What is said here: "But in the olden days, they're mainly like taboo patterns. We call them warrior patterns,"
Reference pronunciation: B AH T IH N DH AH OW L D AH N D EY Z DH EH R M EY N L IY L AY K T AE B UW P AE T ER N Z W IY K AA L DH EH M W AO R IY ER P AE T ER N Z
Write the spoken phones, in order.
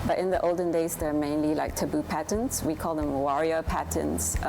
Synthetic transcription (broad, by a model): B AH T IH N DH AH OW L D AH N D EY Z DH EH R M EY N L IY L AY K T AE B UW P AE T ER N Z W IY K AA L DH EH M W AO R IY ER P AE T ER N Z